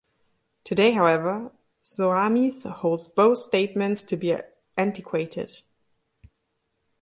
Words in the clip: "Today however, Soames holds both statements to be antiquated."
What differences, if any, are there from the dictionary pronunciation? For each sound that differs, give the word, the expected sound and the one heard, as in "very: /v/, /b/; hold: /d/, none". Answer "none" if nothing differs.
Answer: none